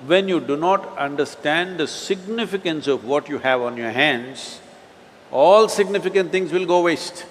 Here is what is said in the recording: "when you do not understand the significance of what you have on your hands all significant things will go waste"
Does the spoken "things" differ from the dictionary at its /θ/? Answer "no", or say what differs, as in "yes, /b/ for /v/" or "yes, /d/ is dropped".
yes, /t/ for /θ/